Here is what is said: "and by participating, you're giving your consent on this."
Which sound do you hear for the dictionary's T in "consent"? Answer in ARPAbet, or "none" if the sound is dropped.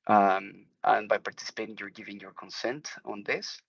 T